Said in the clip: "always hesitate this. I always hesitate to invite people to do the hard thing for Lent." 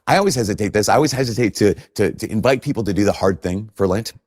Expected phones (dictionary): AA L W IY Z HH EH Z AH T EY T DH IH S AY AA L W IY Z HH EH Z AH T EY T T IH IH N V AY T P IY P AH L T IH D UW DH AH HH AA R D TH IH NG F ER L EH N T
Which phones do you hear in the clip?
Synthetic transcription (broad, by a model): AA L W IY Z HH EH Z AH T EY T DH IH S AY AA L W IY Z HH EH Z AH T EY T T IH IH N V AY T P IY P L T IH D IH DH AH HH AA R D TH IH NG F ER L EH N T